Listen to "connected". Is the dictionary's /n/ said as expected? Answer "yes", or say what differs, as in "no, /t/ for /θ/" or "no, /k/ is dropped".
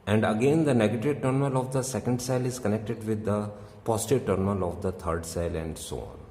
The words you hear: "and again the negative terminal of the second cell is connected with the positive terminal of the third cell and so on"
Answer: yes